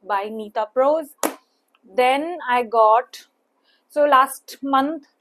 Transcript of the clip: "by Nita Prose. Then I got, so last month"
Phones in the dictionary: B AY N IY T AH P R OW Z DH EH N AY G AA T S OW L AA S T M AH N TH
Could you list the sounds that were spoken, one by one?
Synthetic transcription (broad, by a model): B AY N IY T AH P R OW Z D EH N AY G AA T S OW L AA S T M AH N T